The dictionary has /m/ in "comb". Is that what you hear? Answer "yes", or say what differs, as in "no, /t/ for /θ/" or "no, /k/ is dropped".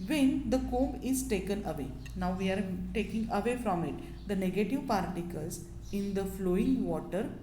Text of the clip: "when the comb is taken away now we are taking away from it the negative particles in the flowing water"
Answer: yes